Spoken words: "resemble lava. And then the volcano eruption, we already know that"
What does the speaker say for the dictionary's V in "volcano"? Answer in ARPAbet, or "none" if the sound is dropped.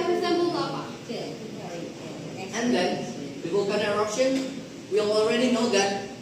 W